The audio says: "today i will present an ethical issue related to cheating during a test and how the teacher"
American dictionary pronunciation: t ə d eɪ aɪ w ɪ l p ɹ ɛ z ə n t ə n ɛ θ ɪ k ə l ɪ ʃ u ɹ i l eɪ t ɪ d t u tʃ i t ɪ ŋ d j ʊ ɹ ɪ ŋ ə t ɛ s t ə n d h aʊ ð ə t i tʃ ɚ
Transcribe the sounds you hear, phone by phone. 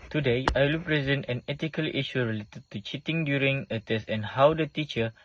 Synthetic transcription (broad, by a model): t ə d eɪ aɪ w ɪ l p ɹ ɛ z ə n t ə n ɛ t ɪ k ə l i ʃ u ɹ i l eɪ t ɪ d t u tʃ i t ɪ ŋ d j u ɹ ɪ ŋ ə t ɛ s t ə n h aʊ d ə t i tʃ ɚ